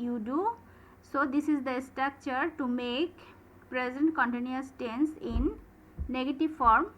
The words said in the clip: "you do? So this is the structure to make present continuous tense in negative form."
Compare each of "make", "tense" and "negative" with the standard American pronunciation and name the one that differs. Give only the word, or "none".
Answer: none